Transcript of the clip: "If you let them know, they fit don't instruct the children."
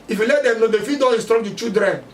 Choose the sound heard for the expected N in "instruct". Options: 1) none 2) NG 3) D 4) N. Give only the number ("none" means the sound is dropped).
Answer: 1